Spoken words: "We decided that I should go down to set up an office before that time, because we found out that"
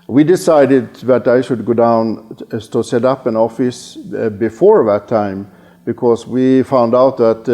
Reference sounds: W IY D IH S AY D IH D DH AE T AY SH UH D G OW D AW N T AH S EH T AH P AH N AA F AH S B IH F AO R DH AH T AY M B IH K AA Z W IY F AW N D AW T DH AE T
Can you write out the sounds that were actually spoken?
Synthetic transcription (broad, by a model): W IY D IH S AY D IH D DH AE T AY SH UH D G OW D AW N T AH S EH T AH P AH N AA F AH S B IH F AO R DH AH T AY M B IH K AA S W IY F AW N D AW T DH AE T